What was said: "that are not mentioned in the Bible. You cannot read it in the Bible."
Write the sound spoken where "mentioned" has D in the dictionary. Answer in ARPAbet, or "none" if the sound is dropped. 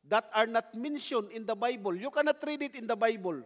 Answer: none